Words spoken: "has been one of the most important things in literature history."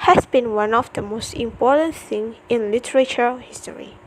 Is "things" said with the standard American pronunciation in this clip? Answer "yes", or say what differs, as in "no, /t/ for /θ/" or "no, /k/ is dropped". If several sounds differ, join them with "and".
no, /z/ is dropped